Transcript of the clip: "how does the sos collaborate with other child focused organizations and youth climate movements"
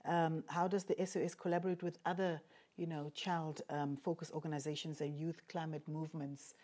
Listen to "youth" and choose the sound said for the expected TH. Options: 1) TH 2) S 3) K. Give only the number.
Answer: 1